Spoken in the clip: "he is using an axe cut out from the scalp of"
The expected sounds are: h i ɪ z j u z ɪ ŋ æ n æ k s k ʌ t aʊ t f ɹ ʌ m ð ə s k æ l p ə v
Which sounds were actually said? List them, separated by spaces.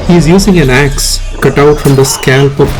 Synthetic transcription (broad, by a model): h i ɪ z j u z ɪ ŋ æ n æ k s k ʌ t aʊ t f ɹ ʌ m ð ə s k æ l p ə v